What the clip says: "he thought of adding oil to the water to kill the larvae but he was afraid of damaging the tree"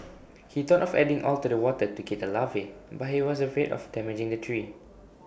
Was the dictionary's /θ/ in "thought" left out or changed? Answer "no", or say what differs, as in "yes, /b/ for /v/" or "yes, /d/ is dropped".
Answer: yes, /t/ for /θ/